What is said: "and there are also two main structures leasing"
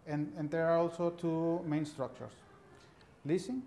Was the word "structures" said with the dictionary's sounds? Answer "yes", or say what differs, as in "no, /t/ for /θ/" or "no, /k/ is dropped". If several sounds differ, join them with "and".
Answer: no, /s/ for /z/